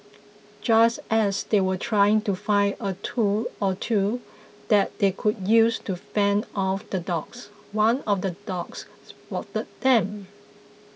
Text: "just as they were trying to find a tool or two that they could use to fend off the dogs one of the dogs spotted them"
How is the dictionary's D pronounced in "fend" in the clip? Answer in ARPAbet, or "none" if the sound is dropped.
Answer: none